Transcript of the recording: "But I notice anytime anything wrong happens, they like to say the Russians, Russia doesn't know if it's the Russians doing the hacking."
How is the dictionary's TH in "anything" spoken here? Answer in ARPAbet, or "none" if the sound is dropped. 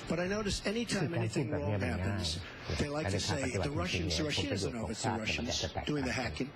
TH